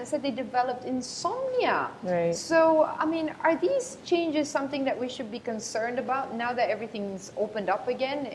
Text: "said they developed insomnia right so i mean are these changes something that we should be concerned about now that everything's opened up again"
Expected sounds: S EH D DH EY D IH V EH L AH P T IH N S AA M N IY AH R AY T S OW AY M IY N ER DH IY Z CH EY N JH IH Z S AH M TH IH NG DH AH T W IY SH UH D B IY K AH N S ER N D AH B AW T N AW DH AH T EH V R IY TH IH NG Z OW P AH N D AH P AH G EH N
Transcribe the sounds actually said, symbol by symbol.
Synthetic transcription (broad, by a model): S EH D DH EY D IH V EH L AH P T IH N S AA M N IY AH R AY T S OW AY M IY N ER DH IY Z CH EY N JH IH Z S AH M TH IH NG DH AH T W IY SH UH D B IY K AH N S ER N D AH B AW T N AW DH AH T EH V R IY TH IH NG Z OW P AH N D AH P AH G EH N